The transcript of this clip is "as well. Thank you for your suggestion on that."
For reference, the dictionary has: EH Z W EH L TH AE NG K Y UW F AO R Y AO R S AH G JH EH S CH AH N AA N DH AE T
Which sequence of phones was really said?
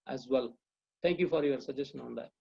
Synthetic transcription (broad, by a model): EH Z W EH L T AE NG K Y UW F AO R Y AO R S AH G JH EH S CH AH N AA N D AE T